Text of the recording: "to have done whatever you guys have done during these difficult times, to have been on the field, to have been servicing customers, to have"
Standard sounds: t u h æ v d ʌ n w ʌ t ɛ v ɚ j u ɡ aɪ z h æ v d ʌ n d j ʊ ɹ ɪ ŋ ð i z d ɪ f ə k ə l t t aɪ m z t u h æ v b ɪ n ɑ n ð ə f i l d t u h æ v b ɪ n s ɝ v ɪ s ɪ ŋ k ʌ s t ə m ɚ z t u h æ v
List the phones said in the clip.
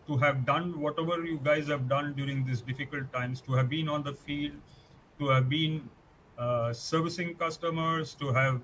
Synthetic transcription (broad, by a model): t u h æ v d ʌ n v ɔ t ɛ v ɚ j u ɡ aɪ z h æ v d ʌ n d j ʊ ɹ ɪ ŋ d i s d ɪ f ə k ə l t t aɪ m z t u h æ v b ɪ n ɑ n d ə f i l d t u h æ v b ɪ n s ɝ v ɪ s ɪ ŋ k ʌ s t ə m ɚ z t u h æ v